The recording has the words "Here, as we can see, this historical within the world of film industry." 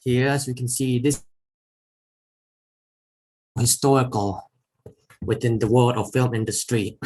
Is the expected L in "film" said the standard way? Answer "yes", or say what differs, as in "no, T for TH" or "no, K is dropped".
yes